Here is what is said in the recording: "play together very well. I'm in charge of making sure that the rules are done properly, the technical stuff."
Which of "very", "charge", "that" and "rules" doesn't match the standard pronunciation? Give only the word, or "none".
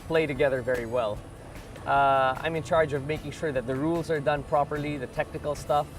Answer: none